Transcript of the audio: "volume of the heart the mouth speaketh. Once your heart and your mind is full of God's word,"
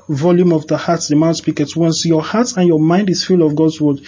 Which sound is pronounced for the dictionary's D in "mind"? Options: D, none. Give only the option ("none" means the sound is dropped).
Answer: D